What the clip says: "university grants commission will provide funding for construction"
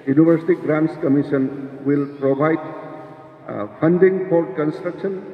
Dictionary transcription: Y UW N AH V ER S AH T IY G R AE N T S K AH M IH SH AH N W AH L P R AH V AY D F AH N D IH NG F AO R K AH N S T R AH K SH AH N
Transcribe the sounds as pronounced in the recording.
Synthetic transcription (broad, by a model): Y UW N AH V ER S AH T IY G R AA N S K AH M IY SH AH N W AH L P R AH B AY D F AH N D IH NG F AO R K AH N S T R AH K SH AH N